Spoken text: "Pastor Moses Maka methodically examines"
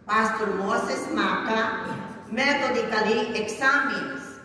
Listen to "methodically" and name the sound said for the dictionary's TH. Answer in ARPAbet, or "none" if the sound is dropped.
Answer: T